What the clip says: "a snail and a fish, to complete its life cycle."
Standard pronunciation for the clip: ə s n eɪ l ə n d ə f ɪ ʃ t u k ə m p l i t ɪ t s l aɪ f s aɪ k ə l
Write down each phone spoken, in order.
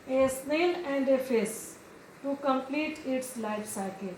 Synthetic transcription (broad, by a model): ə s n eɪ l ə n d ə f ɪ s t u k ə m p l i t ɪ t s l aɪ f s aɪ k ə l